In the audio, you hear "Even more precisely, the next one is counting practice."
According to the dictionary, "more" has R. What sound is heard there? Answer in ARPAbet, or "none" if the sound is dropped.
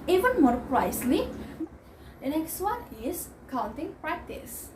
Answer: R